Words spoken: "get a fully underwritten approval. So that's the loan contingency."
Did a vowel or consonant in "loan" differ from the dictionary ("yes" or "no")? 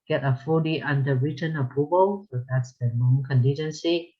yes